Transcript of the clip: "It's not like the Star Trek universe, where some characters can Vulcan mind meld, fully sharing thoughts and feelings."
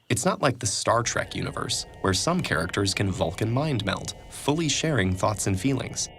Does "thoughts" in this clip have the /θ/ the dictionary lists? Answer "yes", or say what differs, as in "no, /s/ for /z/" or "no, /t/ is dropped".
yes